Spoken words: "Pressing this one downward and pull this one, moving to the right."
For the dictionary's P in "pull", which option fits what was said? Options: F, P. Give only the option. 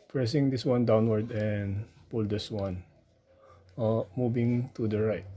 P